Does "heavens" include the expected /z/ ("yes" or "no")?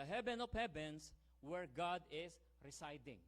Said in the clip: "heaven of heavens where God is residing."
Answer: no